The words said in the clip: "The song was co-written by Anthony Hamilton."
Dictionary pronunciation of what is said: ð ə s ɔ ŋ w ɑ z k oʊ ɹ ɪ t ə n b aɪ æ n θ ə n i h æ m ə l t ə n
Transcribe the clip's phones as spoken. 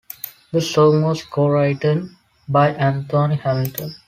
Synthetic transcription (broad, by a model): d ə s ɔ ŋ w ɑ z k oʊ ɹ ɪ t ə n b aɪ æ n t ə n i h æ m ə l t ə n